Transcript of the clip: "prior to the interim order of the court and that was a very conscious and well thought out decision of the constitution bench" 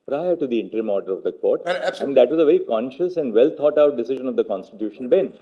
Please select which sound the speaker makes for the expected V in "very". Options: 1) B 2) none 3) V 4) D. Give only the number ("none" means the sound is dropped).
3